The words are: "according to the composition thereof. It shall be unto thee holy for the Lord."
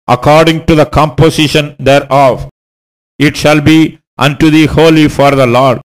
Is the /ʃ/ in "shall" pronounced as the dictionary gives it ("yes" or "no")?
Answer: yes